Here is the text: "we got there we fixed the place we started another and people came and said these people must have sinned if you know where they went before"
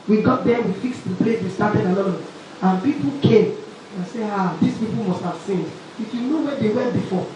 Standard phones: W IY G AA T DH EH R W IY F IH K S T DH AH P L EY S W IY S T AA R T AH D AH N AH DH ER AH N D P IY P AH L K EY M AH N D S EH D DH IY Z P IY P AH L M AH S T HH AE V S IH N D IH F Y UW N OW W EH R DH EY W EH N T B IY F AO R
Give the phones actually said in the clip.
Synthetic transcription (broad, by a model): W IY G AA T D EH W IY F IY K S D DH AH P L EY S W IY S T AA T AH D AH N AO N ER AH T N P IY P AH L K EY M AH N S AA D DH IY S P IY P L M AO S T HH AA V S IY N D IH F Y UW N OW W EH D EY W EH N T B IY F AO